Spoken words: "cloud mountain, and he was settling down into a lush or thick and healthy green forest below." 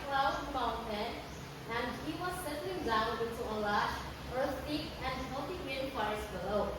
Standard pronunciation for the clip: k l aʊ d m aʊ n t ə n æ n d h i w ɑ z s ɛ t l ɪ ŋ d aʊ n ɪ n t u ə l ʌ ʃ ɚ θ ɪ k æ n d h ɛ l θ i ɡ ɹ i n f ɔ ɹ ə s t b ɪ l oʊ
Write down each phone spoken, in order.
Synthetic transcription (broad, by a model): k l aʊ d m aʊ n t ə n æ n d h i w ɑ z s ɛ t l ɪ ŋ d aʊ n ɪ n t u ə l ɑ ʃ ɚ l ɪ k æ n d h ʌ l t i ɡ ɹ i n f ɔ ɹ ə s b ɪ l oʊ